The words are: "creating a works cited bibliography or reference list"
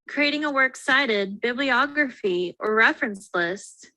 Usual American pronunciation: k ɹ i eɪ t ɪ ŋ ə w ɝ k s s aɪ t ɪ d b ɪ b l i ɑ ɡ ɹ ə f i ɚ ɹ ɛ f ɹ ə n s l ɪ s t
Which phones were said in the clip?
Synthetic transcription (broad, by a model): k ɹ i eɪ t ɪ ŋ ə w ɝ k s s aɪ t ɪ d b ɪ b l i ɑ ɡ ɹ ə f i ɚ ɹ ɛ f ɹ ə n s l ɪ s t